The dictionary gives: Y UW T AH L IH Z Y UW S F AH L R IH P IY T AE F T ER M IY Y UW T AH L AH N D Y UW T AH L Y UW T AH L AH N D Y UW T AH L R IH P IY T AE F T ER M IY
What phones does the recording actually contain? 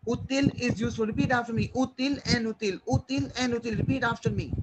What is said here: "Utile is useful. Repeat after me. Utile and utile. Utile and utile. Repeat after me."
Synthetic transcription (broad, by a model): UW T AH L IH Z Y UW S AH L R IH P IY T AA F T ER M IY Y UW T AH L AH N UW T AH L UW T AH L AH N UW T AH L R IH P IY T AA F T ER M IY